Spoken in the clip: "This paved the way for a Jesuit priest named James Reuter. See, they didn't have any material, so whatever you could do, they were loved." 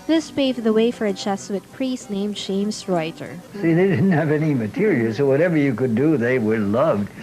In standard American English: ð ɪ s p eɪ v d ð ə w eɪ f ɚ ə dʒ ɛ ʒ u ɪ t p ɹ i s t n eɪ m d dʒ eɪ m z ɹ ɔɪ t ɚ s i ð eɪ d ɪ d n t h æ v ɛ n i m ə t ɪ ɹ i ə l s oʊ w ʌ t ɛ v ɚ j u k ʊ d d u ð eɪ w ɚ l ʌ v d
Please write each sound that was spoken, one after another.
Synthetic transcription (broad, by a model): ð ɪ s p eɪ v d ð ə w eɪ f ɚ ə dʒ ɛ s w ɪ t p ɹ i s t n eɪ m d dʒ eɪ m s ɹ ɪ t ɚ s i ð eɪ d ɪ d n t h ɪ v ɛ n i m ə t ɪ ɹ i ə l s oʊ w ʌ t ɛ v ɚ j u k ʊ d d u ð eɪ w ɚ l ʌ v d